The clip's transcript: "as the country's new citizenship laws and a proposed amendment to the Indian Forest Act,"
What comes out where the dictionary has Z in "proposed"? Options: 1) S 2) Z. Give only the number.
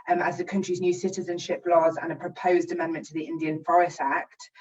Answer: 2